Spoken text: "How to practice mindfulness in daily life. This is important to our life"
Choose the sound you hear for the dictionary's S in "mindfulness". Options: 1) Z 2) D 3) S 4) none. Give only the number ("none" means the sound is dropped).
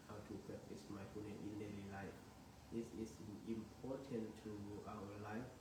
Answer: 4